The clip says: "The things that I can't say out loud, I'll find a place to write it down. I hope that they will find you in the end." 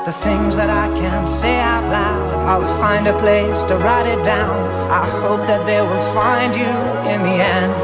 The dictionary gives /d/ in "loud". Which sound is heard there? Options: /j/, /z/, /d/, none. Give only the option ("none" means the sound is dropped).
none